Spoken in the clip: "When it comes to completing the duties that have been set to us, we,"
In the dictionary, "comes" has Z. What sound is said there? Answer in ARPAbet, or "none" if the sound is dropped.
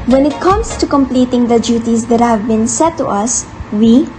S